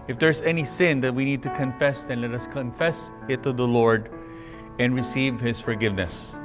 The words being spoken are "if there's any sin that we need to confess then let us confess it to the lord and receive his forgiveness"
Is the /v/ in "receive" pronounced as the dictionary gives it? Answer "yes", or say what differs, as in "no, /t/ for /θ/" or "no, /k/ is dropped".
yes